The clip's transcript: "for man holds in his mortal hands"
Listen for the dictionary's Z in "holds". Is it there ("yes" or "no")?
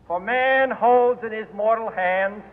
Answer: yes